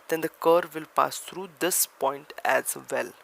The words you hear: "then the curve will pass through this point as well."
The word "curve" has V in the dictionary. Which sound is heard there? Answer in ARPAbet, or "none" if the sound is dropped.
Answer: V